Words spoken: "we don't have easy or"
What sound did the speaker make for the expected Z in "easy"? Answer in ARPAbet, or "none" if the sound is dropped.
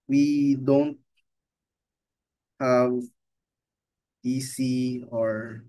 S